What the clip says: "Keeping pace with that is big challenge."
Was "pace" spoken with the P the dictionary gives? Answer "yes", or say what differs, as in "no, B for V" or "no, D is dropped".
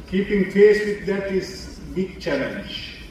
no, F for P